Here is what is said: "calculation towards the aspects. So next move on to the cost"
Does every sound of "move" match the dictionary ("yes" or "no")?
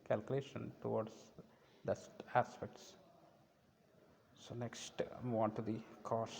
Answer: no